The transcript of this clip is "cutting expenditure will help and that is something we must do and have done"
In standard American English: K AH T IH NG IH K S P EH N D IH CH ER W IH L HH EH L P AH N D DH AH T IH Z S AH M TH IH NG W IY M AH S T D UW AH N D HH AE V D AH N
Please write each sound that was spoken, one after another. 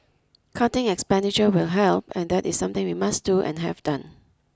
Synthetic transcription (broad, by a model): K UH T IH NG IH K S P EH N D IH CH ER W IH L HH EH L P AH N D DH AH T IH S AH M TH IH NG W IY M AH S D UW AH N HH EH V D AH N